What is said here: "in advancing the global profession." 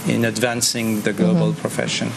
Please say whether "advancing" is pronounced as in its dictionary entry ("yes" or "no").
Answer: yes